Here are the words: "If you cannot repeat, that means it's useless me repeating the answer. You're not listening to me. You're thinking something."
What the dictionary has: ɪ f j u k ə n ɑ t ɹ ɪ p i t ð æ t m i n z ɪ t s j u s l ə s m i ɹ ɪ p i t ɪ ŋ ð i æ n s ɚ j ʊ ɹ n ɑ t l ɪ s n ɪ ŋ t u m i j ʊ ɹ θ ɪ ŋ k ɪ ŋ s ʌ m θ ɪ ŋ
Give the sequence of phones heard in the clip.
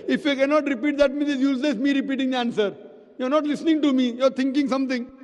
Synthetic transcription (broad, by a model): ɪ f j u k ə n ɑ t ɹ ɪ p i t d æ t m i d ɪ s j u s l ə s m i ɹ ɪ p i t ɪ ŋ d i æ n s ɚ j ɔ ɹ n ɑ t l ɪ s n ɪ ŋ t u m i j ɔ ɹ t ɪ ŋ k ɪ ŋ s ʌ m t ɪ ŋ